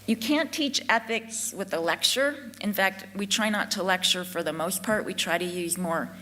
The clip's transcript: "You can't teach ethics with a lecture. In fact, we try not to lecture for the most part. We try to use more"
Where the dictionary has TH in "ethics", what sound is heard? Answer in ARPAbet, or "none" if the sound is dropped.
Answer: TH